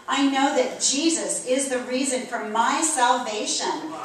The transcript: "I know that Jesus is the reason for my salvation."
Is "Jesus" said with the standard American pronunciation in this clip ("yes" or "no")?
yes